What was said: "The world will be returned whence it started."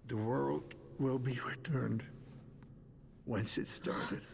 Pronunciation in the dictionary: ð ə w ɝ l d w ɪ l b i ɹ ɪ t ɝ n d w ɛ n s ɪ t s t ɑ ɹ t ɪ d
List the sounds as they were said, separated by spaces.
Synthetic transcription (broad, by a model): ð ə w ɝ l d w ɪ l b i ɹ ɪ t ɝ n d w ɛ n s ɪ t s t ɑ ɹ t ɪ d